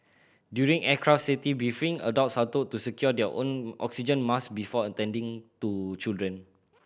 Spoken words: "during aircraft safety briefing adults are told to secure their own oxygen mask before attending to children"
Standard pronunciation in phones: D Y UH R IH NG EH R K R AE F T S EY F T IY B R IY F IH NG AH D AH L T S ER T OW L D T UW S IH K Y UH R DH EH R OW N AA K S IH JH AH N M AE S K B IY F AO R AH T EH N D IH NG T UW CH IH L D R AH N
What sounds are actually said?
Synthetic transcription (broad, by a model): D Y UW R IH NG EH K R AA F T S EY T IY B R IY F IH NG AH D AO T S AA T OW T UW S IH K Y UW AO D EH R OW N AA K S IH JH AH N M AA S B IY F AO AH T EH N D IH NG T UW CH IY L D R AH N